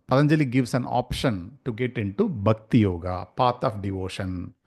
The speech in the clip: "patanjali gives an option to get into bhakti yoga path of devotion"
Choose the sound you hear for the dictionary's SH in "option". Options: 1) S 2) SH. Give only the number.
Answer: 2